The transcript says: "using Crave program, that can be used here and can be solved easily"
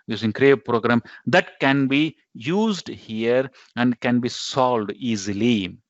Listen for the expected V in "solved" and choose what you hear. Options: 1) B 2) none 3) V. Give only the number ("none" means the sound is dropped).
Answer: 2